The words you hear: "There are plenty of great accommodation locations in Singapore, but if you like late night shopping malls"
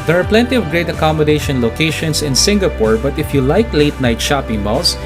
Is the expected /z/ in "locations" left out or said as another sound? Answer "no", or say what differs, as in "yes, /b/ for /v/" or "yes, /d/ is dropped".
yes, /s/ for /z/